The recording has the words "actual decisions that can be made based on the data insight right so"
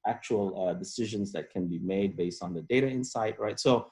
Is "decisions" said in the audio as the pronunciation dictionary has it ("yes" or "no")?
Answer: yes